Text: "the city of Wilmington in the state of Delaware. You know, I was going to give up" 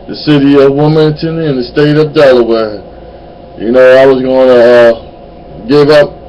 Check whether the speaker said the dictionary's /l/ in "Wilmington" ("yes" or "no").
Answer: no